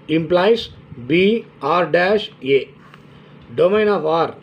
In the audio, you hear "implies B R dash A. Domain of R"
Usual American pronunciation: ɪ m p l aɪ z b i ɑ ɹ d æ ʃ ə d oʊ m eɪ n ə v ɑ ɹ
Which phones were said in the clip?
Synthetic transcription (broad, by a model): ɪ m p l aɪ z b i ɑ ɹ d æ ʃ ə d oʊ m eɪ n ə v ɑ ɹ